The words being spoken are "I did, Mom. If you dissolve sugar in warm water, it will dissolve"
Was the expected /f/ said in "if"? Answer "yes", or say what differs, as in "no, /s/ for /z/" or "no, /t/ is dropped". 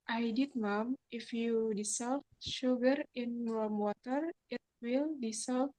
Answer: yes